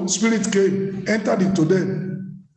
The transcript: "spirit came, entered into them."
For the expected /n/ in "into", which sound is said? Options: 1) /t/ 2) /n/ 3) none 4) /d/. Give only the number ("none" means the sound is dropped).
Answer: 3